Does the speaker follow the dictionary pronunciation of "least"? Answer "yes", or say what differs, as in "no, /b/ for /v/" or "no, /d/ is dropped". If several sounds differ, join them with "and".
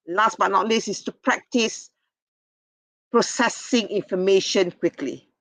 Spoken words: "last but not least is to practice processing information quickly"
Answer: no, /t/ is dropped